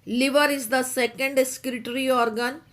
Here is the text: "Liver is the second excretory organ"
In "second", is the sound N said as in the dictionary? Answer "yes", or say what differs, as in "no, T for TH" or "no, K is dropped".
yes